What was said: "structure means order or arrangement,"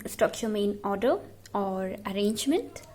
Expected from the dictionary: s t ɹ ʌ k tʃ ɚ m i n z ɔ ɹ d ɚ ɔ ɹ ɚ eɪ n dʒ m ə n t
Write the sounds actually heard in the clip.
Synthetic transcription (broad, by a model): s t ɹ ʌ k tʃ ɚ m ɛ n ɔ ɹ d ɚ ɔ ɹ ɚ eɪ n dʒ m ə n t